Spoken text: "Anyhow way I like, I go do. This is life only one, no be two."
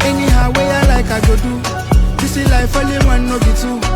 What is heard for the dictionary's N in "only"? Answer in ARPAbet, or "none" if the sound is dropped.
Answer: none